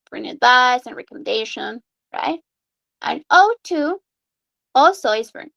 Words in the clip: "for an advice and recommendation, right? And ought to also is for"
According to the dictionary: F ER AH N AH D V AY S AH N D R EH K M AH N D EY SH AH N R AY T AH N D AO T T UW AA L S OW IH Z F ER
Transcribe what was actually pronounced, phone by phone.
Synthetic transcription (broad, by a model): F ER AH N AH D V AY S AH N R EH K M AH N D EY SH AH N R AY T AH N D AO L T UW AA L S OW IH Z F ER